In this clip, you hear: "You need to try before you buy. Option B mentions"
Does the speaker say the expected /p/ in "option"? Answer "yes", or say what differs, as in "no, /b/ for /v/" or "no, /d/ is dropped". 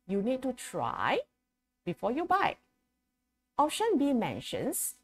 no, /p/ is dropped